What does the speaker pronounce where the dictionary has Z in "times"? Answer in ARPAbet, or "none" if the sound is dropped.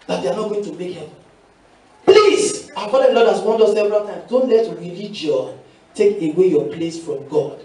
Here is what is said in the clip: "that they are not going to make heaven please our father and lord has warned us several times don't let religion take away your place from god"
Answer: none